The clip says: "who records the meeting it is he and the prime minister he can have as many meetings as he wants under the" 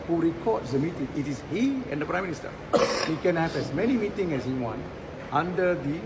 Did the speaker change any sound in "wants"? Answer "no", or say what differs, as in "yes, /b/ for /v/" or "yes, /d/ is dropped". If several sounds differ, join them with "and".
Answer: yes, /s/ is dropped